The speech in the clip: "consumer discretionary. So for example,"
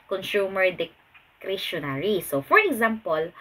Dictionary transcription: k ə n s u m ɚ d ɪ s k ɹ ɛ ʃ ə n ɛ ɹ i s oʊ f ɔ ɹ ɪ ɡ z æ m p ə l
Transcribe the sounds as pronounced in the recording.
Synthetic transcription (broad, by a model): k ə n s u m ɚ d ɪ k ɹ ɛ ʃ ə n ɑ ɹ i s oʊ f ɔ ɹ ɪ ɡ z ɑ m p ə l